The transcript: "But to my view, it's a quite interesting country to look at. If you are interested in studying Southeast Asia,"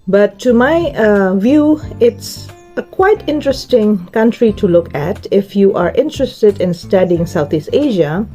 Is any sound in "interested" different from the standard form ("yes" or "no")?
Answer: no